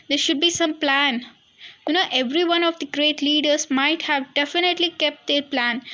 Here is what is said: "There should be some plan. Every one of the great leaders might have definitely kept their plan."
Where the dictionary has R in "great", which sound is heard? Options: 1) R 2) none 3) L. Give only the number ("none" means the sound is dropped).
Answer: 1